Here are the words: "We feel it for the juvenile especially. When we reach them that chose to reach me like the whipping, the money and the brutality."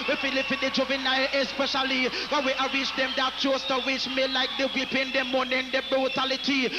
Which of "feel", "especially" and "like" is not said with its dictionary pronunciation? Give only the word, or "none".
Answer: none